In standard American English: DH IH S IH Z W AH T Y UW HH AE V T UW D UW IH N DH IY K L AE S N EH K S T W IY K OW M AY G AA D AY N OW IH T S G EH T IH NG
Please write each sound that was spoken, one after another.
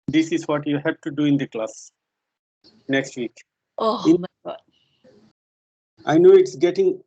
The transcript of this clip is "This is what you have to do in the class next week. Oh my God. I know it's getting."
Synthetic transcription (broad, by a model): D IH S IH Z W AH T Y UW HH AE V T UW D UW IH N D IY K L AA S N EH K S T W IY K OW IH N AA IH N OW IH T S G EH T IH NG